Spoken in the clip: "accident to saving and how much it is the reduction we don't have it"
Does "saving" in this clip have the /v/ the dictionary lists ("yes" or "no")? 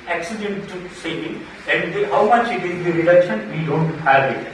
no